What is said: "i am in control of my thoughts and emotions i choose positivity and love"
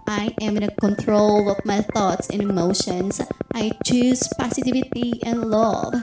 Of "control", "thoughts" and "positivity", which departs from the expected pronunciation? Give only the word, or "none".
positivity